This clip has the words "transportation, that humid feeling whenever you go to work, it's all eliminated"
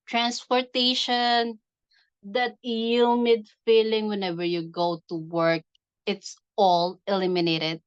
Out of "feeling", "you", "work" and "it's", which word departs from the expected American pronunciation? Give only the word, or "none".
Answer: none